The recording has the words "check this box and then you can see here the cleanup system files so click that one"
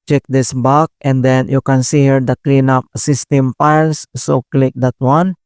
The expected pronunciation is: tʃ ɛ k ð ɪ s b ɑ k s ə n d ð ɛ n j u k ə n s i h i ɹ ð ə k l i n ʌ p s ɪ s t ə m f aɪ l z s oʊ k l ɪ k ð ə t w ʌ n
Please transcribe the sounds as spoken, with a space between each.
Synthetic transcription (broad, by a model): tʃ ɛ k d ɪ s b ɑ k ə n d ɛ n j u k ə n s i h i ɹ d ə k l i n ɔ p s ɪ s t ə m p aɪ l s s oʊ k l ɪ k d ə t w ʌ n